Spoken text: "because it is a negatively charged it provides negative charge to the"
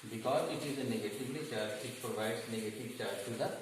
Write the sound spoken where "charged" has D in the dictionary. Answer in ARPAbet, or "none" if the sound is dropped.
none